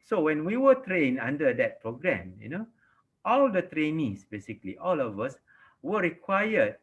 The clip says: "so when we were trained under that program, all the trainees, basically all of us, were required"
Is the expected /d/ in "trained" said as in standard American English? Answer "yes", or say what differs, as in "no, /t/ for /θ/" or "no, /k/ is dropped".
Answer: no, /d/ is dropped